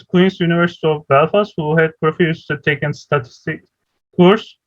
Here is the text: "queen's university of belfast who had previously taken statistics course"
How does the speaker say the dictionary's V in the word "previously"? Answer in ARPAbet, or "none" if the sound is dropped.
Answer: F